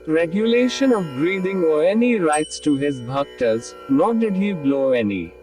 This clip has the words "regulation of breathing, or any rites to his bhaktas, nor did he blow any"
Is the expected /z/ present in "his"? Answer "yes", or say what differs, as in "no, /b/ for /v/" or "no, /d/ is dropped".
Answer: yes